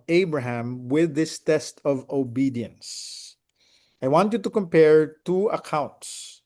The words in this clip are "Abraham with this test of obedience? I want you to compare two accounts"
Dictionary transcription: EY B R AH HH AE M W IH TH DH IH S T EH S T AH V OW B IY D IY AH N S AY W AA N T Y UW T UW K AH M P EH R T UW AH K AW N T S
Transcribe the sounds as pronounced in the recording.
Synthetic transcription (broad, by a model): EY B R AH HH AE M W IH DH IH S T EH S T AH V OW B IY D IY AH N S AY W AA N T Y UW T UW K AH M P EH R T UW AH K AW N T S